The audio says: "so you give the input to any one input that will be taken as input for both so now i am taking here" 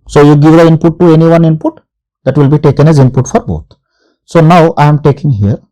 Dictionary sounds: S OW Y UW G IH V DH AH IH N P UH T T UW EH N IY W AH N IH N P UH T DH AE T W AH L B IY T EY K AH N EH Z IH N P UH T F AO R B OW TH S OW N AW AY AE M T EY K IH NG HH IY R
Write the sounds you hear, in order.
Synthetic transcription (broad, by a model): S OW Y UW G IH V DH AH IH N P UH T T UW EH N IY W AH N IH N P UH T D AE T W AH L B IY T EY K AH N EH Z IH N P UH T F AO R B OW T S OW N AW AY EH M T EY K IH NG HH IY R